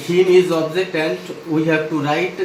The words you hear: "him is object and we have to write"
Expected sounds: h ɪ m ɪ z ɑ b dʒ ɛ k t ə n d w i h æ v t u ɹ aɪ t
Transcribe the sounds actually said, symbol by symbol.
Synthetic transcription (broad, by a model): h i ɪ z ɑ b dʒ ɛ t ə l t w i h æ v t u ɹ aɪ t